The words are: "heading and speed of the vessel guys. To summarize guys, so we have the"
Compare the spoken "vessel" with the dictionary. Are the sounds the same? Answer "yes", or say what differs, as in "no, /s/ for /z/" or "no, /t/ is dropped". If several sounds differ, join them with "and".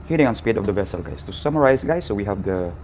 yes